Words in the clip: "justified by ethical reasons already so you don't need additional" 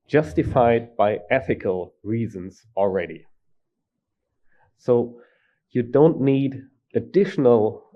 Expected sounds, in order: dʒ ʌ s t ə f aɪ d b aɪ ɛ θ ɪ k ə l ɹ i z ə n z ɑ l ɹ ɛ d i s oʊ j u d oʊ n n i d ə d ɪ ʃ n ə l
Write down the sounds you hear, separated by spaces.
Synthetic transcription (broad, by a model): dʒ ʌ s t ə f aɪ d b aɪ ɛ θ ɪ k ə l ɹ i z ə n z ɑ l ɹ ɛ d i s oʊ j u d oʊ n n i d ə d ɪ ʃ n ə l